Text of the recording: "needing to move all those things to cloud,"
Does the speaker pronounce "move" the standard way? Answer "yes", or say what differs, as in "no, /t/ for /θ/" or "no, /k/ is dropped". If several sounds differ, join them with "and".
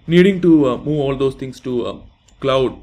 yes